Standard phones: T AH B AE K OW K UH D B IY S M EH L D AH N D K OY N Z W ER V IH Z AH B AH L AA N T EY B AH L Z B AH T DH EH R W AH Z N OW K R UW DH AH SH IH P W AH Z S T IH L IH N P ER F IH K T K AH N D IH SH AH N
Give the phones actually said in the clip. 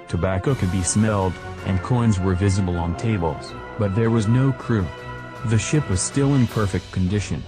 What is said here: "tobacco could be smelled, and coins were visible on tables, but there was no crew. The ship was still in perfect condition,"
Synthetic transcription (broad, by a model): T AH B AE K OW K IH D B IY S M EH L D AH N K OY N Z W ER V IH Z AH B AH L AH N T EY B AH L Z B AH T DH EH R W AH Z N OW K R UW DH AH SH IH P W AH Z S T IH L IH N P ER F IH K T K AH N D IH SH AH N